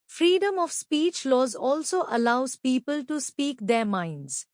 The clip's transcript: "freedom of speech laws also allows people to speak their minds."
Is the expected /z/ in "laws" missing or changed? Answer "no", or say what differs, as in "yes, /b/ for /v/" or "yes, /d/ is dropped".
no